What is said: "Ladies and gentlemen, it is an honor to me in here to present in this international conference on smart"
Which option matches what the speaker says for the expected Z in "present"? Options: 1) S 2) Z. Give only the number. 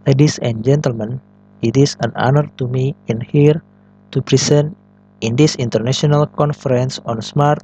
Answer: 1